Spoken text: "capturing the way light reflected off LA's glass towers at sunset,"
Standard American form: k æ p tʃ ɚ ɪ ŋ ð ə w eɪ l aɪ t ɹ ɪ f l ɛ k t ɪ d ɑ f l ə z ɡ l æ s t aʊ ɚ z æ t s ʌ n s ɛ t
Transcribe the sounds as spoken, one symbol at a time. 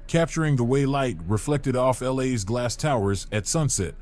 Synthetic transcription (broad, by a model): k æ p tʃ ɚ ɪ ŋ ð ə w eɪ l aɪ t ɹ ɪ f l ɛ k t ɪ d ɑ f l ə z ɡ l æ s t aʊ ɚ z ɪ t s ʌ n s ɛ t